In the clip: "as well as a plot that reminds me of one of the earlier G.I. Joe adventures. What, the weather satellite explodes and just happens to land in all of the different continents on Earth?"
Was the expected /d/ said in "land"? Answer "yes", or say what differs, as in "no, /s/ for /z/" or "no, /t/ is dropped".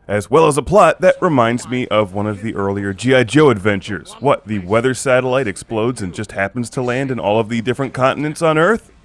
yes